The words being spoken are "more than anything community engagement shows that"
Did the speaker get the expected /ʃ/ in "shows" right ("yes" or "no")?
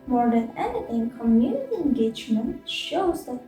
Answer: yes